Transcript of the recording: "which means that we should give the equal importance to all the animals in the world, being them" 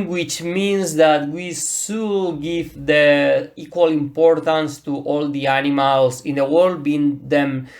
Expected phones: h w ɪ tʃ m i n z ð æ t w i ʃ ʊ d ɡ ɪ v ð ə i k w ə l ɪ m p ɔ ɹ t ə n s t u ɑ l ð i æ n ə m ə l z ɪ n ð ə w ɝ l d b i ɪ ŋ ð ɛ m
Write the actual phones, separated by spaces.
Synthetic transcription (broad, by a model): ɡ w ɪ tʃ m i n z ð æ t w i s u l ɡ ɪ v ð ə i k w ə l ɪ m p ɔ ɹ t ə n s t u ɑ l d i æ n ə m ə l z ɪ n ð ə w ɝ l d b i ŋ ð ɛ m